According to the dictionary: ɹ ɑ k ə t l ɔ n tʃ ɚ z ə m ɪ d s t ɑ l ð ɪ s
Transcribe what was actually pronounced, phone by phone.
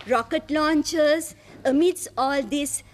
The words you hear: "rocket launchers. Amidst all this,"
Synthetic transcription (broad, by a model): ɹ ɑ k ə t l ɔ n tʃ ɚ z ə m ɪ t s ɑ l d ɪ s